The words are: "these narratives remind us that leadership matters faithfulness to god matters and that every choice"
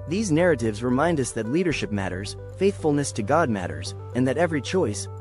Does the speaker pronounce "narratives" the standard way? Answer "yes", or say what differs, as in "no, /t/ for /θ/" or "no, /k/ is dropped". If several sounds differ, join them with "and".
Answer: yes